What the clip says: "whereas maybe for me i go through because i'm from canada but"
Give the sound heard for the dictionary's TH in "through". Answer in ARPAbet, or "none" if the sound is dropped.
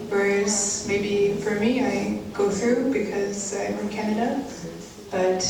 TH